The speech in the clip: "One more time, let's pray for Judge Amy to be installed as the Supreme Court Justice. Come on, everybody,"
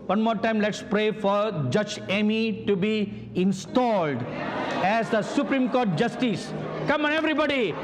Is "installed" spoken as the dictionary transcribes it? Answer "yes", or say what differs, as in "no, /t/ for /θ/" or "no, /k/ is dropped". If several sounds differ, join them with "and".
yes